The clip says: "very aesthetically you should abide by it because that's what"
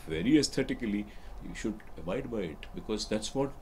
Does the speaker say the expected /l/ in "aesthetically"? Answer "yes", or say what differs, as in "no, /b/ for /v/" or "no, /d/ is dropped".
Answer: no, /l/ is dropped